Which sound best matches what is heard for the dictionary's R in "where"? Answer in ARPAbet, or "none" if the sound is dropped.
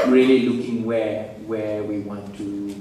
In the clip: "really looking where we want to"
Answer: W